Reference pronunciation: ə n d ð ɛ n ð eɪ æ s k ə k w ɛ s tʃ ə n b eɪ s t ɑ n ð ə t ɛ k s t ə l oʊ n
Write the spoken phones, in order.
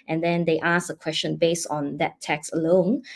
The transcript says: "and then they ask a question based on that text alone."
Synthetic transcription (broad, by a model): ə n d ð ɛ n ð eɪ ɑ s ə k w ɛ s tʃ ə n b eɪ s t ɑ n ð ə t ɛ k s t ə l oʊ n